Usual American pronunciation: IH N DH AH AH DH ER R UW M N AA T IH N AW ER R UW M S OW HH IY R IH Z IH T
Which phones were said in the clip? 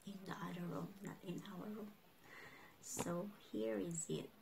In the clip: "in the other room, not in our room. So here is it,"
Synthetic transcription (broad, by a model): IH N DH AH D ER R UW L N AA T IH N AW ER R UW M S OW HH IY R IH Z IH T